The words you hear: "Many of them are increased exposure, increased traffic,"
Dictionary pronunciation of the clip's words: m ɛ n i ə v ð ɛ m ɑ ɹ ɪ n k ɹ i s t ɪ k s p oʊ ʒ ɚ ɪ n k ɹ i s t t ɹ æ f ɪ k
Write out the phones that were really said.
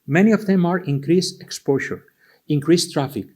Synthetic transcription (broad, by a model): m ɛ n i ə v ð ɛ m ɑ ɹ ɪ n k ɹ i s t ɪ k s p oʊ ʃ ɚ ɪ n k ɹ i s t t ɹ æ f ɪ k